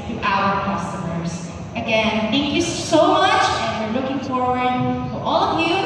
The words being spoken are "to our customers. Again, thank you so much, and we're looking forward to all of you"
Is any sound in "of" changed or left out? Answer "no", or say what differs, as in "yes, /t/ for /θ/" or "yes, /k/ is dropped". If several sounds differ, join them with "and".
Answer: no